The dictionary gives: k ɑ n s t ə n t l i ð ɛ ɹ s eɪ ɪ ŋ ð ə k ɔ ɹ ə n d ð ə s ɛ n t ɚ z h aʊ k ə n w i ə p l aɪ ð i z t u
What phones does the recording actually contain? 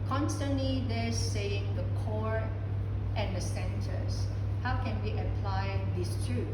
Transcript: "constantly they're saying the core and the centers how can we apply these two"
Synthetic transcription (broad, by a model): k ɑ n s t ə n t l i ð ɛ s eɪ ɪ ŋ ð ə k ɔ ɹ ə n d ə s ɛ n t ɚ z h aʊ k ə n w i ə p l aɪ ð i s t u